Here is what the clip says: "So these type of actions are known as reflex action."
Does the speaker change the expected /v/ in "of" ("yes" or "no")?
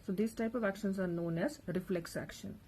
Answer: no